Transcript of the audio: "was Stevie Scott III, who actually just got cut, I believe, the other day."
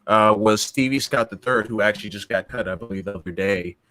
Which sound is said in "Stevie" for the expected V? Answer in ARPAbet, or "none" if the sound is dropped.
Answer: V